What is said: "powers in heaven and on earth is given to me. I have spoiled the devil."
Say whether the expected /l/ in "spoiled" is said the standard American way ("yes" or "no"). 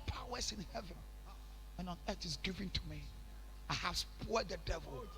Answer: no